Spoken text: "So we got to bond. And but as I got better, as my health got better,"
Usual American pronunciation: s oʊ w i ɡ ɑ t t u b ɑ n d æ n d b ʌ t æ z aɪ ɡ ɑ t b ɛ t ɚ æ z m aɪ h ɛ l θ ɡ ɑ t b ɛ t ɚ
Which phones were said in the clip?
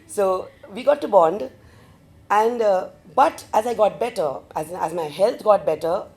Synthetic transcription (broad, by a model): s oʊ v i ɡ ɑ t t u b ɑ n d æ n d b ʌ t æ z aɪ ɡ ɑ t b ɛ t ɚ æ z m aɪ h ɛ l t ɡ ɑ t b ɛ t ɚ